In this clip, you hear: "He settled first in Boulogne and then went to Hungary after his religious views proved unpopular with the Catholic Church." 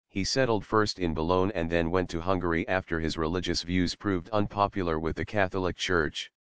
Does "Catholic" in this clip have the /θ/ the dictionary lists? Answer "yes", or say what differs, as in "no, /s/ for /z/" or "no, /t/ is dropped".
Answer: yes